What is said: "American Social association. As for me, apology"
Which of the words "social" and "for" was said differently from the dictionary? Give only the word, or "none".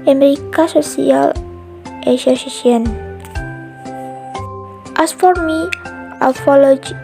social